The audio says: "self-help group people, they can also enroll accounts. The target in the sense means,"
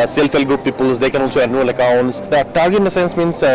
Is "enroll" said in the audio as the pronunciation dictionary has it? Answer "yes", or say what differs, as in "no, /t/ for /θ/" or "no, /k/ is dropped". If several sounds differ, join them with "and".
no, /ɹ/ is dropped